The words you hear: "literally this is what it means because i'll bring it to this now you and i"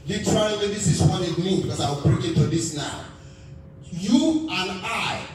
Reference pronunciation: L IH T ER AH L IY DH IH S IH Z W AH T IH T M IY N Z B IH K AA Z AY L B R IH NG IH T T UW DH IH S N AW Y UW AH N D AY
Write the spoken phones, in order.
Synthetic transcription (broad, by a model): L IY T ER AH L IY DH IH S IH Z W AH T IH T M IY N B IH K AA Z AY W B R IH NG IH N T UW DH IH S N AW Y UW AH N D AY